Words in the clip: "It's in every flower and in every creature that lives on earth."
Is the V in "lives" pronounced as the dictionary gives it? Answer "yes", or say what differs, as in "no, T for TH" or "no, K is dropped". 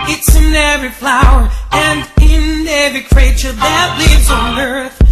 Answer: yes